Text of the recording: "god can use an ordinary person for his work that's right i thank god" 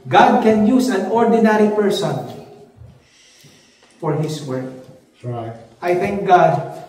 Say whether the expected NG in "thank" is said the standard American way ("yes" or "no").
yes